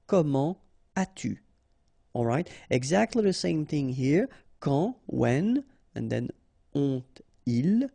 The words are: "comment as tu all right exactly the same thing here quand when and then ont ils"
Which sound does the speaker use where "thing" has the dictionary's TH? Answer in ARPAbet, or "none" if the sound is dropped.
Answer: TH